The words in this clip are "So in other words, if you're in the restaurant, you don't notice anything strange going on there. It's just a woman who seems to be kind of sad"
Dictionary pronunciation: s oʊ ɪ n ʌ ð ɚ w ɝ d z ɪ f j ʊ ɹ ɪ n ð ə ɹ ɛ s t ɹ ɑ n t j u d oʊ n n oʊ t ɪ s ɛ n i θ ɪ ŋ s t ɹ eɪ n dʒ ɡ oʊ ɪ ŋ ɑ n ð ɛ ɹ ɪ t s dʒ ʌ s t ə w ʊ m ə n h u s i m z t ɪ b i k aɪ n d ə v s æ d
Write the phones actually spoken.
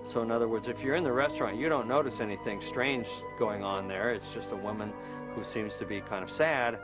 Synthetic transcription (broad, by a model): s oʊ ɪ n ʌ ð ɚ w ɝ d z ɪ f j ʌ ɹ ɪ n ð ə ɹ ɛ s t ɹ ɑ n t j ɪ d oʊ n n oʊ t ɪ s ɛ n i θ ɪ ŋ s t ɹ eɪ n dʒ ɡ oʊ ɪ ŋ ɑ n ð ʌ ɹ ɪ t s dʒ ʌ s t ə w ʊ m ə n h u s i m z t ɪ b i k aɪ n d ə v s æ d